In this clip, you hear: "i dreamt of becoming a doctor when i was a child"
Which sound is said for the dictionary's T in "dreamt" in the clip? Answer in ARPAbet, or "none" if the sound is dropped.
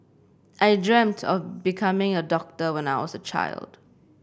T